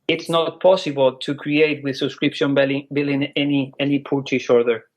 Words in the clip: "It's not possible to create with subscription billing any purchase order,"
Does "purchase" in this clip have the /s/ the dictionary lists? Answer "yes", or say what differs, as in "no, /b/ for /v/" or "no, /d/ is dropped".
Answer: no, /ʃ/ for /s/